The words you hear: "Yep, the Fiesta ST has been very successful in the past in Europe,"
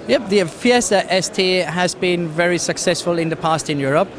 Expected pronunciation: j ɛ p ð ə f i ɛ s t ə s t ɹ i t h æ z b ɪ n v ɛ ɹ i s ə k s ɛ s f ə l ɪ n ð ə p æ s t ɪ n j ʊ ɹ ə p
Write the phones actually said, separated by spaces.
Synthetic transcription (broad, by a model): j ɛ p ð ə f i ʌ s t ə s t i h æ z b ɪ n v ɛ ɹ i s ə k s ɛ s f ə l ɪ n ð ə p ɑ s t ɪ n j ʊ ɹ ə p